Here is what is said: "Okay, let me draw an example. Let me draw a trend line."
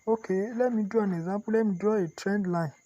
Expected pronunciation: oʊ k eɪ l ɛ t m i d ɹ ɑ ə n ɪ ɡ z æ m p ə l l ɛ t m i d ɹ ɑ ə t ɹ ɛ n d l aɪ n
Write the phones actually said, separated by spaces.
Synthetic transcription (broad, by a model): oʊ k eɪ l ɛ m i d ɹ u ə n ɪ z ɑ p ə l l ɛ m i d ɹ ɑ ə t ɹ ɛ n d l aɪ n